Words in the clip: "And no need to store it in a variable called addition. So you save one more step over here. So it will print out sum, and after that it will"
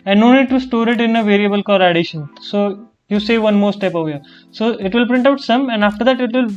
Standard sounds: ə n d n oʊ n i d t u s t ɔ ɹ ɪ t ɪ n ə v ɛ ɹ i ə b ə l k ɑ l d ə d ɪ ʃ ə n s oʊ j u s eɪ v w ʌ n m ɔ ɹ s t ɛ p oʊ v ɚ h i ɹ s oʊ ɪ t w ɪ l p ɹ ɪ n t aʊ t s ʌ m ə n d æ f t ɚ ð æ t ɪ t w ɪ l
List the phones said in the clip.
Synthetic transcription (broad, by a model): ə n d n oʊ n i d t u s t ɔ ɹ ɪ t ɪ n ə v ɛ ɹ i ə b ə l k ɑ d ə d ɪ ʃ ə n s oʊ j u s eɪ v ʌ n m ɔ ɹ s t ɛ p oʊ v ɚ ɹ s oʊ ɪ t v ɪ l p ɹ ɪ n t aʊ t s ʌ m ə n d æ f t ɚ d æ t ɪ t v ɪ l